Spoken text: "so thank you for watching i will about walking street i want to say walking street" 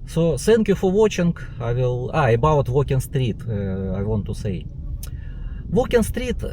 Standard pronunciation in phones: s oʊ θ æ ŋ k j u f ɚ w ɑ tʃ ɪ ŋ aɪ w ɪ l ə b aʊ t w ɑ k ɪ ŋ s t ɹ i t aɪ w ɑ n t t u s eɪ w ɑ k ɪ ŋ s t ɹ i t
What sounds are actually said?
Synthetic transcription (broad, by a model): s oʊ s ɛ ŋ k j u f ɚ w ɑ tʃ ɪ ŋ aɪ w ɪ l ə b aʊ t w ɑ k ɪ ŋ s t ɹ i t aɪ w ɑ n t t u s eɪ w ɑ k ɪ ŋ s t ɹ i t